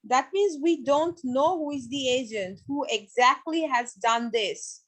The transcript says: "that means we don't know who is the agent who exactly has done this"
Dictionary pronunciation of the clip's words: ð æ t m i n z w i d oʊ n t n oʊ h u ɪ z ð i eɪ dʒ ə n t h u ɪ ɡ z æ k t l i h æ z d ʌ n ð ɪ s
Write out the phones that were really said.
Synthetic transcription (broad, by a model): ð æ t m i n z w i d oʊ n t n oʊ h u ɪ z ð i eɪ dʒ ə n t h u ɪ ɡ z æ k t l i h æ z d ʌ n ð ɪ s